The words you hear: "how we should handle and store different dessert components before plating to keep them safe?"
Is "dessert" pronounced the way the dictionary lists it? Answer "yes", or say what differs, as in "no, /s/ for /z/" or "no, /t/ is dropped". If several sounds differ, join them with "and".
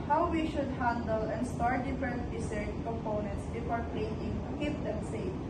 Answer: no, /s/ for /z/